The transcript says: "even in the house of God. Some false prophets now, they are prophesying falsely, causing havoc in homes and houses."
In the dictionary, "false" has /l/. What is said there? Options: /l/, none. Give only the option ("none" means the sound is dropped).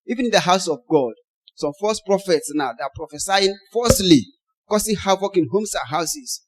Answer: none